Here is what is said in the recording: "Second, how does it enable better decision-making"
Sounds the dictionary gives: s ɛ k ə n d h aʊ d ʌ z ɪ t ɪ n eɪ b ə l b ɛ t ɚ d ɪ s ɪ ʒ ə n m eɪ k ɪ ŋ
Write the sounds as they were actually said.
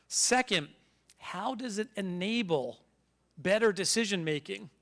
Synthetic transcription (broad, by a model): s ɛ k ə n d h aʊ d ʌ z ɪ t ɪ n eɪ b l b ɛ t ɚ d ɪ s ɪ ʒ ə n m eɪ k ɪ ŋ